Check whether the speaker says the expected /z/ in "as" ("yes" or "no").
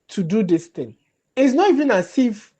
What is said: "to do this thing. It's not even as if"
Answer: no